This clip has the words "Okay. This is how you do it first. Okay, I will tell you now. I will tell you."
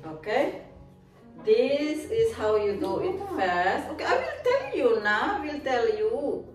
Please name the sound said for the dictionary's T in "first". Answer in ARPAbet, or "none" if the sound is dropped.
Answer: none